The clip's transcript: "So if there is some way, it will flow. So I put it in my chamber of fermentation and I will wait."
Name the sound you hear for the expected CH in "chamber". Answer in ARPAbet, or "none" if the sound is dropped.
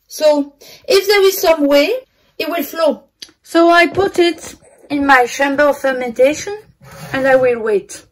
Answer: SH